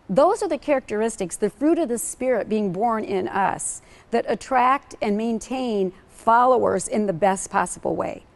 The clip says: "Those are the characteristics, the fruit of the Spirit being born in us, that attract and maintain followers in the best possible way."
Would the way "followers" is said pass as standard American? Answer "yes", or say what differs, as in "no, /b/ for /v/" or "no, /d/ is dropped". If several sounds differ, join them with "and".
yes